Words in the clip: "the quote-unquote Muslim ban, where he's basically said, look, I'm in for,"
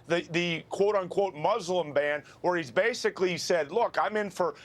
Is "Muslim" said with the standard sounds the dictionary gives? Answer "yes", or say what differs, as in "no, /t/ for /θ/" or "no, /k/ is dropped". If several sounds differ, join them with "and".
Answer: yes